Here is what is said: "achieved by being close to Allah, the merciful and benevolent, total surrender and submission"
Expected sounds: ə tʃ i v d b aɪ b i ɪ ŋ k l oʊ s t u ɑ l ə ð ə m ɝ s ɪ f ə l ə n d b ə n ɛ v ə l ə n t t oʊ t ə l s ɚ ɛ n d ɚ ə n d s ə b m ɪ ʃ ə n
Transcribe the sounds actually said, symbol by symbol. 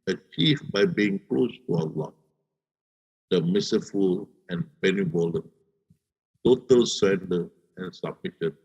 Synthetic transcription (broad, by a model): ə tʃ i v b aɪ b i ɪ ŋ k l oʊ s t u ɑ l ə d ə m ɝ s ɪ f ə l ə n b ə n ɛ b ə l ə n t t oʊ t ə l s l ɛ n d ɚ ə n s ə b m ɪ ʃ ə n